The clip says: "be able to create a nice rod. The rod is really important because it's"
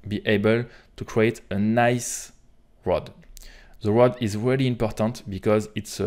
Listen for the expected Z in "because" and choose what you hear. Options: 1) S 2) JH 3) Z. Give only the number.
3